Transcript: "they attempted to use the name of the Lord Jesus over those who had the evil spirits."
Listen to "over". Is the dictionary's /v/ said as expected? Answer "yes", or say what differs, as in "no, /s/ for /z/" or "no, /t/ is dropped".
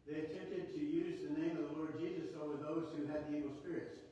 no, /w/ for /v/